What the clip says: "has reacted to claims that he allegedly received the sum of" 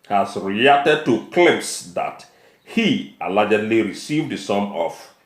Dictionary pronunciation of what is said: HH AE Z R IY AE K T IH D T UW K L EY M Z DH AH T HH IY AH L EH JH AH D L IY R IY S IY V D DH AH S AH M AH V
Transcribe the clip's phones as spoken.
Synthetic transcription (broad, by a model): HH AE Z R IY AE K T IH D T UW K L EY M S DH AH T HH IY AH L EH JH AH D L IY R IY S IY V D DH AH S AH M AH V